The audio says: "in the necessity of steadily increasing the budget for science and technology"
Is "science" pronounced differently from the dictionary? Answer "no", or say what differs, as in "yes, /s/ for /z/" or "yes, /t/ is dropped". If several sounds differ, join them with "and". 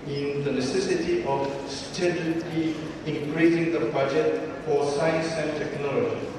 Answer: no